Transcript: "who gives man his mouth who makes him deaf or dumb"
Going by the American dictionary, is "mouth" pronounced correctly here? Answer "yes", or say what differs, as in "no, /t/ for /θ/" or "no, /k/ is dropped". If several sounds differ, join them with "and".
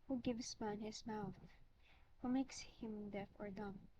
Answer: yes